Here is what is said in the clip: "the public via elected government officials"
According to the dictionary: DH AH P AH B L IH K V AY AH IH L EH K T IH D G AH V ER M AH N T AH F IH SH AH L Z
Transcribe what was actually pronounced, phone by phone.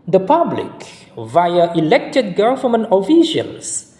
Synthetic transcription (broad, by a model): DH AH P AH B L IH K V AY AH IH L EH K T IH D G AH F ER M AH N AH F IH SH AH L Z